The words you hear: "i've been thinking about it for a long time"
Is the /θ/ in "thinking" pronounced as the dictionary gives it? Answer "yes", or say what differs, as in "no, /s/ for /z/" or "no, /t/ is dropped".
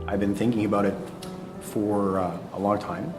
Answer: yes